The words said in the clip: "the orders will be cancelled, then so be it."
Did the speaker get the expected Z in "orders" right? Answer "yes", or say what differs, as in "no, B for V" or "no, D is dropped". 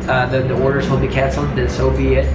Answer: yes